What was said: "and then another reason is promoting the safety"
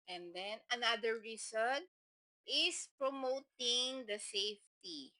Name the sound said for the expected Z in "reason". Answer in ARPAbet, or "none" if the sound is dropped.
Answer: S